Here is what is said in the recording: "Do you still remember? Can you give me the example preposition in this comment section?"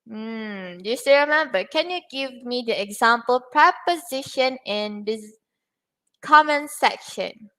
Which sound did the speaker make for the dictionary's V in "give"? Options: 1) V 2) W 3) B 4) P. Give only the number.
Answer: 1